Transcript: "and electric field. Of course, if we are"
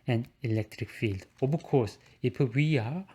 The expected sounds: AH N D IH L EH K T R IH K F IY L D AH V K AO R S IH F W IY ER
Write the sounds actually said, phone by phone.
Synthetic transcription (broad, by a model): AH N IH L EH K T R IH K F IY L D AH B K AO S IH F W IY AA